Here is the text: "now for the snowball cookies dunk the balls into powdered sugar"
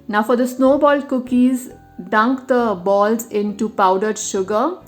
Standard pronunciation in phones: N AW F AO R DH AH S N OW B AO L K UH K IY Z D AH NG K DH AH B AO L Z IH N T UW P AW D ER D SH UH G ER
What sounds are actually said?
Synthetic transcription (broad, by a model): N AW F AO R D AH S N OW B AO L K UH K IY Z D AH NG K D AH B AO L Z IH N T UW P AW D ER D SH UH G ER